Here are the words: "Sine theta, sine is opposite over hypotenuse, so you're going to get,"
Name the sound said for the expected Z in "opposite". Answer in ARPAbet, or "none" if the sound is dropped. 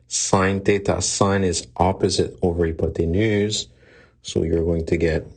Z